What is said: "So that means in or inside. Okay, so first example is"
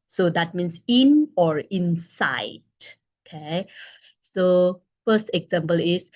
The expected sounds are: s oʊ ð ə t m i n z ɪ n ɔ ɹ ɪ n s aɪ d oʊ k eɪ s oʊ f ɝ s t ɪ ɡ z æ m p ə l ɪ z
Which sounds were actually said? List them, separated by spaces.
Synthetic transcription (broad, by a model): s oʊ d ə t m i n s ɪ n ɔ ɹ ɪ n s aɪ d oʊ k eɪ s oʊ f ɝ s t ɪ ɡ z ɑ m p ə l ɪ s